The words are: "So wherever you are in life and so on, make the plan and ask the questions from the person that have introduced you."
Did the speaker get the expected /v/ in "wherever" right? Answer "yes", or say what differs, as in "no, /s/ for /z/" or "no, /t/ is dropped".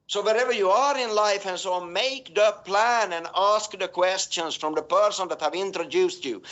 yes